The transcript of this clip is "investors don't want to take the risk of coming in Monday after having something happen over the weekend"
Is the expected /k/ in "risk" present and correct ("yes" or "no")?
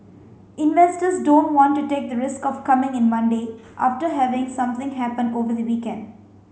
yes